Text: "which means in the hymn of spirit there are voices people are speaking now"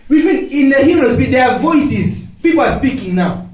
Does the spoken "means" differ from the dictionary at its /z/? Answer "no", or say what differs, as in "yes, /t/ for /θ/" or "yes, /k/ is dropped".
yes, /z/ is dropped